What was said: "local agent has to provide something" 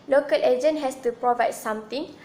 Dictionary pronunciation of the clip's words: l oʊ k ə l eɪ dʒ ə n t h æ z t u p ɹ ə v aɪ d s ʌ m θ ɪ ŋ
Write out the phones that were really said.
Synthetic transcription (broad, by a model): l oʊ k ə l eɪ dʒ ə n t h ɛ s t u p ɹ ə v aɪ d s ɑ m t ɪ ŋ